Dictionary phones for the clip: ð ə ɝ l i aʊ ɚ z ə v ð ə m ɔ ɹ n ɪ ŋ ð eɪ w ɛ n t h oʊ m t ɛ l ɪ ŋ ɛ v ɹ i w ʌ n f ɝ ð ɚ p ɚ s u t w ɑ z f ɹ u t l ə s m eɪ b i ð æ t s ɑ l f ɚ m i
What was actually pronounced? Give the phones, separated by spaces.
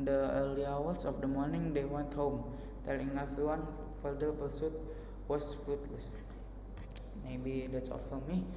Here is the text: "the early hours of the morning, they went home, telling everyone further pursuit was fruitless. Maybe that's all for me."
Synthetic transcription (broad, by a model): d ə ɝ l i aʊ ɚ s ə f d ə m ɔ ɹ n ɪ ŋ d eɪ w ɛ n t h oʊ m t ɛ l ɪ ŋ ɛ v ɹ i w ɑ n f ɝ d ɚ b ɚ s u t w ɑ s f ɹ u t l ə s m eɪ b i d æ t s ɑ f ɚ m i